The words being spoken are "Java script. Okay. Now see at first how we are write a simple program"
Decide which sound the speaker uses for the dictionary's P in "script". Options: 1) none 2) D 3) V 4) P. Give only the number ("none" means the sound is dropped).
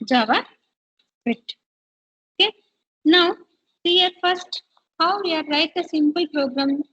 1